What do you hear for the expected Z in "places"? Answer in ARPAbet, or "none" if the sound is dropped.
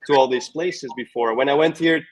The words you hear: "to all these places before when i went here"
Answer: Z